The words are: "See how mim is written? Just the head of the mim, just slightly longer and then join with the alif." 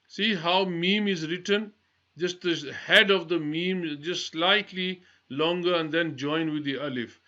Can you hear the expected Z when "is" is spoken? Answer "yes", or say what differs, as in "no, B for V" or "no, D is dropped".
yes